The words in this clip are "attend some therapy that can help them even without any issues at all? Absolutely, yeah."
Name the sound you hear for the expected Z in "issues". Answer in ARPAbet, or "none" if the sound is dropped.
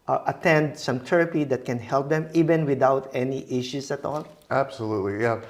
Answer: S